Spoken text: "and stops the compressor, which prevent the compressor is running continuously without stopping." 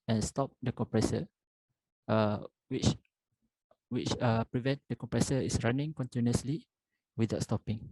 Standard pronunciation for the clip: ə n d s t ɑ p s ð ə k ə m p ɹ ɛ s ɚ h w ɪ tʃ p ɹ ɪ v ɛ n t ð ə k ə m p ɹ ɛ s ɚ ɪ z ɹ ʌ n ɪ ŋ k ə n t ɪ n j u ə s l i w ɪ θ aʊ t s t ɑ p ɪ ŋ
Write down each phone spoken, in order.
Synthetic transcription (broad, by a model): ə n s t ɑ p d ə k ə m p ɹ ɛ s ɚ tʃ w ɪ tʃ p ɹ ɪ v ɛ n t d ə k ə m p ɹ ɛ s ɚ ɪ s ɹ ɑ n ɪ ŋ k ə n t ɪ n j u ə s l i w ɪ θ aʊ t s t ɑ p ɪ ŋ